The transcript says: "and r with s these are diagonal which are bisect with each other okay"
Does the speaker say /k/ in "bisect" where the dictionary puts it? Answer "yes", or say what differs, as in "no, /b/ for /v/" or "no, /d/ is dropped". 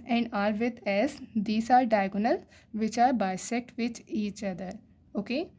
yes